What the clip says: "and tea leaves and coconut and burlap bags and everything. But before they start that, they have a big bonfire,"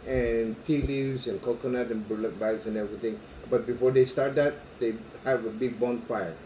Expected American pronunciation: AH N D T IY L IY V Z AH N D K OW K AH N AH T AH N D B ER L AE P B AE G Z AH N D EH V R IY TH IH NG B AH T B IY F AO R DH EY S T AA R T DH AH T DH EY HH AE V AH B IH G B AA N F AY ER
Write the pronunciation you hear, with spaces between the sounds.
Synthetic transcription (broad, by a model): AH N T IY L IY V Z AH N K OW K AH N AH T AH N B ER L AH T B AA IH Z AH N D EH V R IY T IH NG B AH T B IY F AO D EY S T AA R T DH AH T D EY HH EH V AH B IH G B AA N F AY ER